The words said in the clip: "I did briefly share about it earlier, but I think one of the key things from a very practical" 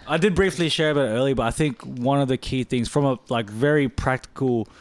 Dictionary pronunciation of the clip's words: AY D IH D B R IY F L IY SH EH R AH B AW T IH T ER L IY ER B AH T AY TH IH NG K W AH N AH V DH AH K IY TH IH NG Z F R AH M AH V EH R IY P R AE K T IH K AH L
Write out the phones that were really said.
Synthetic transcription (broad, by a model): AY D IH D B R IY F L IY SH EH R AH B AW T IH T ER L IY B AH T AY TH IH NG K W AH N AH V DH AH K IY TH IH NG Z F R AH M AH V EH R IY P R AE K T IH K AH L